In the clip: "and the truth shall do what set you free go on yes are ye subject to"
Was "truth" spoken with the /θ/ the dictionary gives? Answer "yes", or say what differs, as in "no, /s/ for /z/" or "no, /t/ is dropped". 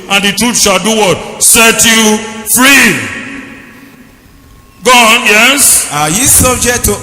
no, /t/ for /θ/